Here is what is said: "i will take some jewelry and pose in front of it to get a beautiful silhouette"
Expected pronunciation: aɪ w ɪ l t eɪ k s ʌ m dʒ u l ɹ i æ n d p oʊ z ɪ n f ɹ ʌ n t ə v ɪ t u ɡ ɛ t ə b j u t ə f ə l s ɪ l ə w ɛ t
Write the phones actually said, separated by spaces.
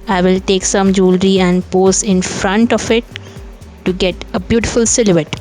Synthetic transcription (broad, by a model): aɪ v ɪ l t eɪ k s ʌ m dʒ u l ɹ i æ n d p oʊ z ɪ n f ɹ ʌ n t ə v ɪ t u ɡ ɛ t ə b j u t ə f ə l s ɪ l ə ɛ t